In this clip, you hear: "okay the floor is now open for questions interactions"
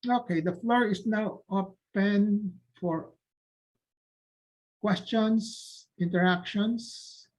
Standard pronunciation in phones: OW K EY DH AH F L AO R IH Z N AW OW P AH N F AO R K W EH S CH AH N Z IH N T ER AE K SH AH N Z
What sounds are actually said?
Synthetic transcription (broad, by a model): OW K EY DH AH F L AO R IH S N AW OW P AH N F AO R K W EH S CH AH N S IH N T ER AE K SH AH N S